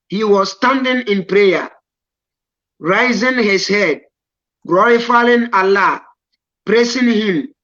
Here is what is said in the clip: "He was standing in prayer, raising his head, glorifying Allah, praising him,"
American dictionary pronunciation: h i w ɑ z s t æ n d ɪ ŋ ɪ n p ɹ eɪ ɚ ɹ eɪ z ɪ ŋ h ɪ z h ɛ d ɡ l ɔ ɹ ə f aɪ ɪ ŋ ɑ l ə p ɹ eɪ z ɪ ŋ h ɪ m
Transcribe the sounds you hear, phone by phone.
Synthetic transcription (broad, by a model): h i w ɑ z s t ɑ n d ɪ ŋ ɪ n p ɹ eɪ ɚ ɹ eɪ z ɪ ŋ h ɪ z h ɛ d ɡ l ɔ ɹ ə f aɪ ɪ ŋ ɑ l ə p ɹ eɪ s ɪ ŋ h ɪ m